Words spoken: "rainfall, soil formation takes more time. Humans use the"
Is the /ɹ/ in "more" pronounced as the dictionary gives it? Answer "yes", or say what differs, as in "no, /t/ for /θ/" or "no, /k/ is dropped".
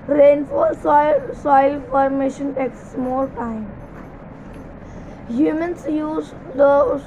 no, /l/ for /ɹ/